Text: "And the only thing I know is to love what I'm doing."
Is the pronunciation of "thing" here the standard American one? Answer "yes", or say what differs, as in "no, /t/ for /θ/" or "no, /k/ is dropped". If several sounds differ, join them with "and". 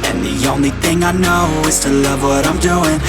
yes